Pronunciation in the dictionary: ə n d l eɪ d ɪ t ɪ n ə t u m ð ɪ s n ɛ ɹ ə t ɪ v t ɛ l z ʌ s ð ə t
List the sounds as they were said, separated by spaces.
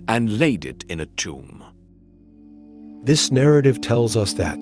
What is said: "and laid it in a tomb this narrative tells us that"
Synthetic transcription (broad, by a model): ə n l eɪ d ɪ t ɪ n ə t u m ð ɪ s n ɛ ɹ ə t ɪ v t ɛ l z ʌ s ð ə t